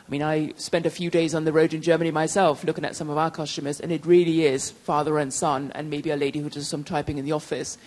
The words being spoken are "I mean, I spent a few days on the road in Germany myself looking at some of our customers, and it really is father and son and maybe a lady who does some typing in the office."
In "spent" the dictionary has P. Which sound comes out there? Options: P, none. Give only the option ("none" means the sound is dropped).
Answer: P